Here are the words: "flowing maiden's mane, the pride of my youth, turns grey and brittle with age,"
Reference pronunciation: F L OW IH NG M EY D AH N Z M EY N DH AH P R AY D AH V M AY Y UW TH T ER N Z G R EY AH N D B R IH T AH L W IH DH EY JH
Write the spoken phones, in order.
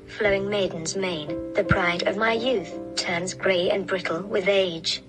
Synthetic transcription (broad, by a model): F L OW IH NG M EY D N Z M EY N DH AH P R AY D AH V M AY Y UW TH T ER N Z G R EY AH N B R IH T L W IH DH EY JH